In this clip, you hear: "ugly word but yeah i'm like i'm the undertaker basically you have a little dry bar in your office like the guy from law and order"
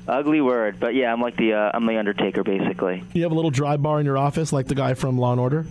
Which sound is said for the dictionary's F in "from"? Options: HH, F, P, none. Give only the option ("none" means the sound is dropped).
F